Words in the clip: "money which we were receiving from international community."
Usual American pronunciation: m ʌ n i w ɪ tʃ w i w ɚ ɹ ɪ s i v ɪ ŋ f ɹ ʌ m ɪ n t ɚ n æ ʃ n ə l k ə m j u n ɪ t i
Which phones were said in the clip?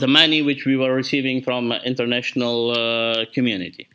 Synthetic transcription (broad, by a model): m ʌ n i w ɪ tʃ w i w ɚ ɹ ɪ s i v ɪ ŋ f ɹ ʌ m ɪ n t ɚ n æ ʃ n ə l k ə m j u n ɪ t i